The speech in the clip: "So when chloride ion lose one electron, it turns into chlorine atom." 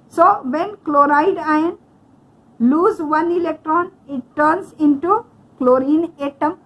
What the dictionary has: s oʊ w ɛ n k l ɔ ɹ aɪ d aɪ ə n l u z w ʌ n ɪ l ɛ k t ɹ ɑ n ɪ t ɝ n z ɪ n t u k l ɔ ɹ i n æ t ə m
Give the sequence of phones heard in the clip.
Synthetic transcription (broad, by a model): s oʊ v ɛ n k l ɔ ɹ aɪ d aɪ ə n l u z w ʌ n ɪ l ɛ k t ɹ ɑ n ɪ t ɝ n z ɪ n t u k l ɔ ɹ i n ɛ t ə m